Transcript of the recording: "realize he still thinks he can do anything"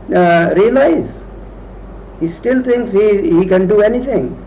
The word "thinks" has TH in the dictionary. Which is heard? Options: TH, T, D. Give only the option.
T